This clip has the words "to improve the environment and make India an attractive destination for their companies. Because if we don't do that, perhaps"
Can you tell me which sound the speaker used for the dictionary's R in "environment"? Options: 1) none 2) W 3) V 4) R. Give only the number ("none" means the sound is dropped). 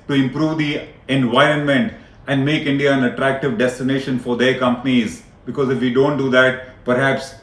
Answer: 4